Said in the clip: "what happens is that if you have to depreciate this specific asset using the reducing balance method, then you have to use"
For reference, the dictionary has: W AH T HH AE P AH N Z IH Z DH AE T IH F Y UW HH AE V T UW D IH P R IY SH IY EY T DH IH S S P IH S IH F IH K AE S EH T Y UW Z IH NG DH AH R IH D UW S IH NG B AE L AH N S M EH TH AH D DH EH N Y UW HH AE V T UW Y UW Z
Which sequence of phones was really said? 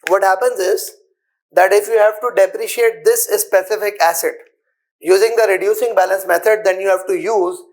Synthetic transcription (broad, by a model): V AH T HH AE P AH N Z IH Z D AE T IH F Y UW HH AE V T UW D IH P R IY SH IY EY T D IH S S P IH S IH F IH K AE S EH T Y UW Z IH NG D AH R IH D UW S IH NG B AE L AH N S M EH T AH D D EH N Y UW HH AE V T UW Y UW Z